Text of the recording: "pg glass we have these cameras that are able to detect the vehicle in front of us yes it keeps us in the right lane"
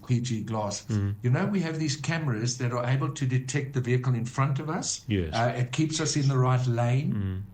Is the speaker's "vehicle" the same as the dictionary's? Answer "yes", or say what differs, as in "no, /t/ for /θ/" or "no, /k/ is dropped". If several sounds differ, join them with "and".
yes